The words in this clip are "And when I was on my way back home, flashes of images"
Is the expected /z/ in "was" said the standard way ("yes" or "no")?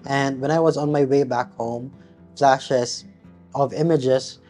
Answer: yes